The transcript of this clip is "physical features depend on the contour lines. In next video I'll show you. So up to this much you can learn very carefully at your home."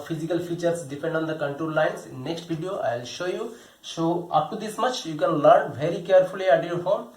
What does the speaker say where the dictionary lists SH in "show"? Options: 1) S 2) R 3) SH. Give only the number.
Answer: 3